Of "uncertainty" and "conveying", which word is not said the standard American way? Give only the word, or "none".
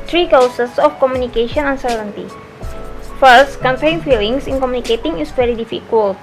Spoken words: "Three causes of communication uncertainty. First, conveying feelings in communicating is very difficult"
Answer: conveying